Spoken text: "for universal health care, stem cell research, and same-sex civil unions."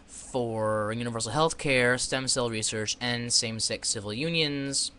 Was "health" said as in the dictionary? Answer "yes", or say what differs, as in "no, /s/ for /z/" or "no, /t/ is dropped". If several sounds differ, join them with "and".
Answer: yes